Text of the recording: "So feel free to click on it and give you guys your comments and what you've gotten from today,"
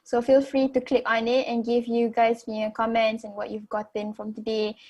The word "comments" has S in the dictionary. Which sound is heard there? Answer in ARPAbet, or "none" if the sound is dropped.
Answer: S